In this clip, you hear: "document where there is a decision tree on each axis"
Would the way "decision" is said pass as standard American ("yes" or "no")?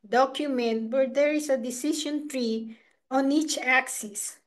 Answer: no